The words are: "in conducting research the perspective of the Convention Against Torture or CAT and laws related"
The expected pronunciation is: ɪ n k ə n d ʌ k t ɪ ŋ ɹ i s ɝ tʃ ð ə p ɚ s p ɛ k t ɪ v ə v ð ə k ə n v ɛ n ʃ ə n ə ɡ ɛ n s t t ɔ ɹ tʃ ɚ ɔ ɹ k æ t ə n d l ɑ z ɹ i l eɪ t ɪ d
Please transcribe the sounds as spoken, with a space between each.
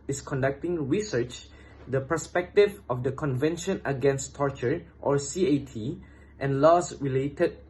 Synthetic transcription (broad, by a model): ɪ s k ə n d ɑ k t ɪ ŋ ɹ i s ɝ tʃ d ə p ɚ s p ɛ k t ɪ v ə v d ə k ə n v ɛ n ʃ ə n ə ɡ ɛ n s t t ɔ ɹ tʃ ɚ ɔ ɹ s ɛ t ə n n l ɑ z ɹ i l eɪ t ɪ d